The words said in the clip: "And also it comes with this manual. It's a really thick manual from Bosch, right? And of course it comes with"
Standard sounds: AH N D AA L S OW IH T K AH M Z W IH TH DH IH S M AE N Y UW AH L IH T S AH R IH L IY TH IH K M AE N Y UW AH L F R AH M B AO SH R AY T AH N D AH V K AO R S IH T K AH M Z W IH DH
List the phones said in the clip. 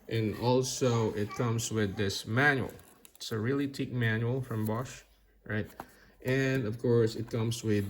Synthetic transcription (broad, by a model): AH N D AA L S OW IH T K AH M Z W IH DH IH S M AE N Y UW AH L IH T S AH R IH L IY T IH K M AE N Y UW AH L F R AH M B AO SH R AY T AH N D AH V K AO R S IH T K AH M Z W IH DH